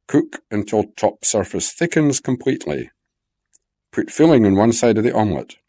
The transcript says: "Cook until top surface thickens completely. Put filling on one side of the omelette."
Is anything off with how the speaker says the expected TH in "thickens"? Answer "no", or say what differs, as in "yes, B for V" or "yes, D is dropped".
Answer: no